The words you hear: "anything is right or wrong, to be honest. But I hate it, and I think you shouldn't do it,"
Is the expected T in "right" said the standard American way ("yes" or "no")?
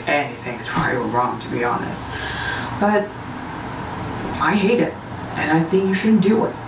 no